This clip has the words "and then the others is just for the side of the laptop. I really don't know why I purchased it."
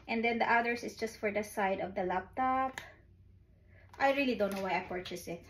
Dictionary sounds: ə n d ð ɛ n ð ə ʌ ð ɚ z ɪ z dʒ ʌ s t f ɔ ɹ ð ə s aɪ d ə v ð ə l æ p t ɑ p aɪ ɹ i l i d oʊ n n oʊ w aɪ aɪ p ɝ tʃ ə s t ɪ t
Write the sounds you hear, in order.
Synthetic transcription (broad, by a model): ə n d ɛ n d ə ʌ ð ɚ s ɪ s dʒ ʌ s t f ɔ ɹ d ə s aɪ d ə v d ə l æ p t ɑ p aɪ ɹ i l i d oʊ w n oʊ w aɪ aɪ p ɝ tʃ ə s ɪ t